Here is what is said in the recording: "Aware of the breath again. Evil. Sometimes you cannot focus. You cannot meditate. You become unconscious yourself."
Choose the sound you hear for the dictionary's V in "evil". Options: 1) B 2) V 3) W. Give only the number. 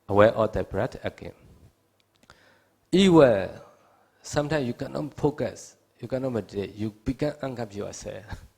3